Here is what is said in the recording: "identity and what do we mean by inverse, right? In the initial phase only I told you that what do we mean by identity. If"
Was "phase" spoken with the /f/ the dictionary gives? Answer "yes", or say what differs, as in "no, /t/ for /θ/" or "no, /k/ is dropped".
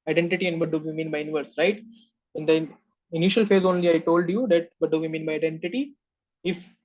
yes